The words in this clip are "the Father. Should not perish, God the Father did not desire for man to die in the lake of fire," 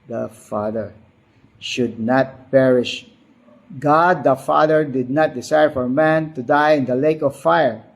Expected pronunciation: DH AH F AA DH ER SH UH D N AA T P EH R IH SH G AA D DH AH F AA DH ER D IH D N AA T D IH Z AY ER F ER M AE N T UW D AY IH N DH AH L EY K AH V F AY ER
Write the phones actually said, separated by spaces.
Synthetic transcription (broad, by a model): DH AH F AA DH ER SH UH D N AA T P EH R IH SH G AA D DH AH F AA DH ER D IH D N AA T D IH S AY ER F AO M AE N T UW D AY IH N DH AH L EY K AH F F AY ER